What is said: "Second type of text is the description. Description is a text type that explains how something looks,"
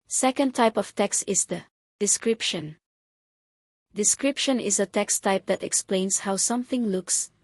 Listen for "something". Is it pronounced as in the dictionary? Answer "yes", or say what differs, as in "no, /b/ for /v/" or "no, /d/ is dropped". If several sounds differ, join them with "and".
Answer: yes